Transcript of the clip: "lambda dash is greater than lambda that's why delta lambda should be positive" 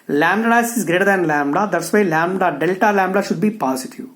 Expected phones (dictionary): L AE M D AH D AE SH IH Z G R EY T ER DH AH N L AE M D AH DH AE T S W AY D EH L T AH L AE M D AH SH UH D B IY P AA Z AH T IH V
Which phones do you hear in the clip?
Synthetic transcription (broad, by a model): L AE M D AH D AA S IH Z G R EY T ER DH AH N L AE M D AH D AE T S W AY D EH L T AH L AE M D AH SH UH D B IY P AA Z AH T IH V